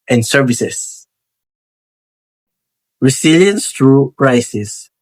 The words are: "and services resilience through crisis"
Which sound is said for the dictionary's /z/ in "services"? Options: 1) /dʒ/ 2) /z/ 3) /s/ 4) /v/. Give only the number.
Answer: 3